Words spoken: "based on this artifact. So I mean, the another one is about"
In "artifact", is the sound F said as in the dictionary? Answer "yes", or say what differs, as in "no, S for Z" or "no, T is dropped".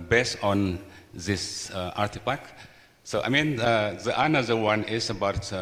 no, P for F